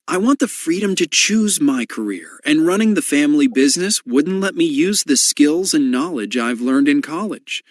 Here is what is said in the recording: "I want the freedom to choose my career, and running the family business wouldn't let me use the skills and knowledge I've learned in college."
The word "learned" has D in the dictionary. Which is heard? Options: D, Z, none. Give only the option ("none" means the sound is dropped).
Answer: D